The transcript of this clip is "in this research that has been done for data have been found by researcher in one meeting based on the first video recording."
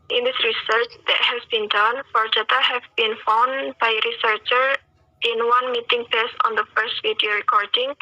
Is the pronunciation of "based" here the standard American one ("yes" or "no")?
no